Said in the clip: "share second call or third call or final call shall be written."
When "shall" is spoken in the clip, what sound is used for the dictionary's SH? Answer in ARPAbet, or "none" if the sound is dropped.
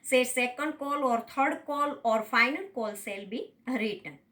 S